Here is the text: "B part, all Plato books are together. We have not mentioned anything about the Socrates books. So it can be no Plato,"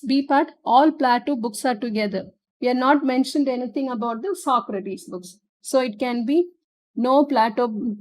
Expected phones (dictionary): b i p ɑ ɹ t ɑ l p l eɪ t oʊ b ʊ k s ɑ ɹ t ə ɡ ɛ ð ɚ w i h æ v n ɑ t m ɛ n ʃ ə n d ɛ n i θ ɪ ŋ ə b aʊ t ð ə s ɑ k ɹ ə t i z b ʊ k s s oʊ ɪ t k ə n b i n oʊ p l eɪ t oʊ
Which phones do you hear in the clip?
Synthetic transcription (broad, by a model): b i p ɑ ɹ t ɑ l p l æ t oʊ b ʊ k s ɑ ɹ t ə ɡ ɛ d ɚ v i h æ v n ɑ t m ɛ n ʃ ə n d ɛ n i t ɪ ŋ ə b aʊ t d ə s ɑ k ɹ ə t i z b ʊ k s s oʊ ɪ t k ə n b i n oʊ p l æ t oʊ